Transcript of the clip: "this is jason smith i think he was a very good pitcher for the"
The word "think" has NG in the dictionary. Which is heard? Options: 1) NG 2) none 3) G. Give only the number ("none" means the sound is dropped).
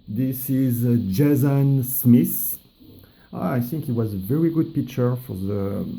1